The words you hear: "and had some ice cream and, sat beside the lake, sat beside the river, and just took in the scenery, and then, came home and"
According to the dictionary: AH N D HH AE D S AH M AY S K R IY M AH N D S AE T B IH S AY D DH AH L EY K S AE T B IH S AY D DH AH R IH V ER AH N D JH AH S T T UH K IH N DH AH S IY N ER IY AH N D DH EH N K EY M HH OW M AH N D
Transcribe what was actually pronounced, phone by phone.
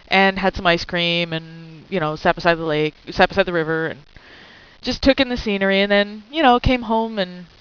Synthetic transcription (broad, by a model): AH N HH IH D S AH M AY S K R IY M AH N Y S AE T B IH S AY D DH AH L EY K S AE T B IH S AY D DH AH R IH V ER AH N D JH AH S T T UH K IH N DH AH S IY N ER IY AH N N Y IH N K EY M HH OW M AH N